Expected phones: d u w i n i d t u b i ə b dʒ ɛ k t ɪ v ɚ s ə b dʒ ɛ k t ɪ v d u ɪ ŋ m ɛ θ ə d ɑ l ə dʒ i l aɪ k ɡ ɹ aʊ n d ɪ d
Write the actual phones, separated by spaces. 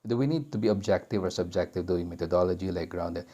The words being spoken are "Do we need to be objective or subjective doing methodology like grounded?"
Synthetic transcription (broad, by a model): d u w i n i d t u b i ə b dʒ ɛ k t ɪ v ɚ s ə b dʒ ɛ k t ɪ v d u ɪ ŋ m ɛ t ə d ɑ l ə dʒ i l aɪ k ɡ ɹ aʊ n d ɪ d